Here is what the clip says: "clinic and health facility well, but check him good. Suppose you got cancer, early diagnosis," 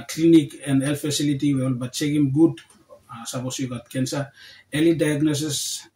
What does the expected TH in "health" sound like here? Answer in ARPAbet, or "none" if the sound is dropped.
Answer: F